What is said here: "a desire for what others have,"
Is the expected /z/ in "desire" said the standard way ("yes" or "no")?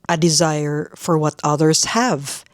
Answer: yes